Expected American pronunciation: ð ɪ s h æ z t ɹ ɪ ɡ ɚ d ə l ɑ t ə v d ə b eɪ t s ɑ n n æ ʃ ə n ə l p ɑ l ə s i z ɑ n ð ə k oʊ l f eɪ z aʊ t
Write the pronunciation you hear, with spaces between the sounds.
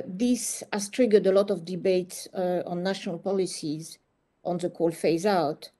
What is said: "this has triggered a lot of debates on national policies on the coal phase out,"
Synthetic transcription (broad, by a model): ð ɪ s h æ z t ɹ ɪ ɡ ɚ d ə l ɑ t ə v d ə b eɪ t s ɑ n n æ ʃ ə n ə l p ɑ l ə s i z ɑ n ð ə k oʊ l f eɪ z aʊ t